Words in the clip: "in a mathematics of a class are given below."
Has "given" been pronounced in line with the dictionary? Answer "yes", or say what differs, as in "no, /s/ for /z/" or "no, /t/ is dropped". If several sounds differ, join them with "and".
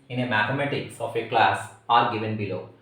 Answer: yes